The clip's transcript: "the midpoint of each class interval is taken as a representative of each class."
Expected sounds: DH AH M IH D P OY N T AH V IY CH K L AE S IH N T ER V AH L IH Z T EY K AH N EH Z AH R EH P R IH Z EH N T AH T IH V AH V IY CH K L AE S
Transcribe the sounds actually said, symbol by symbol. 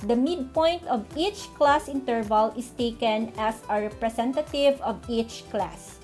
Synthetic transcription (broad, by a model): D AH M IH D P OY N T AH V IY CH K L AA S IH N T ER V AH L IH S T EY K AH N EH S AH R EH P R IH S EH N T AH T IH V AH V IY CH K L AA S